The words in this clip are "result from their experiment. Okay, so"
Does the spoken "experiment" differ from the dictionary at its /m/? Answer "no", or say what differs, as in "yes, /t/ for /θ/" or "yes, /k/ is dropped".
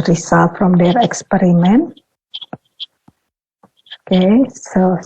no